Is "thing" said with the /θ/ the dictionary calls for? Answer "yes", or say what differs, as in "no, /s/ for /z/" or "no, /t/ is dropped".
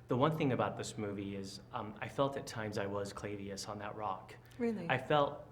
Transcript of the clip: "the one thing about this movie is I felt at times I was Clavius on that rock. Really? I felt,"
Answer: yes